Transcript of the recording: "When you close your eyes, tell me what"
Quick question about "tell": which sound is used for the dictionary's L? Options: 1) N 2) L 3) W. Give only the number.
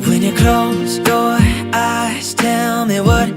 2